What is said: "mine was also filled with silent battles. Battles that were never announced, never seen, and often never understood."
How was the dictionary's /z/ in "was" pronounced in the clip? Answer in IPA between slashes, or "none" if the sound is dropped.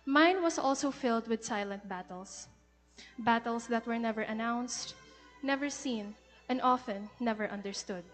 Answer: /s/